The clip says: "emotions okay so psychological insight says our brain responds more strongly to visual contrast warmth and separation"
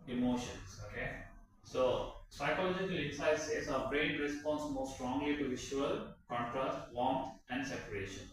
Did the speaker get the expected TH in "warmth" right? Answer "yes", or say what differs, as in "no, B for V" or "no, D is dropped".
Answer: no, T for TH